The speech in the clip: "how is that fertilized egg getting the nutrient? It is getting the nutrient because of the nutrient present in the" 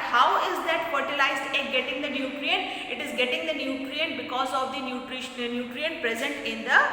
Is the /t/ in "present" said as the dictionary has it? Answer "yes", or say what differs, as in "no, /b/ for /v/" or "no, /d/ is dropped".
yes